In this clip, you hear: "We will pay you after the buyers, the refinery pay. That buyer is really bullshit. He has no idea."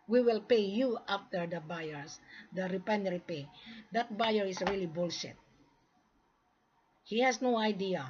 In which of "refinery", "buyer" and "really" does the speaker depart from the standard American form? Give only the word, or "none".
refinery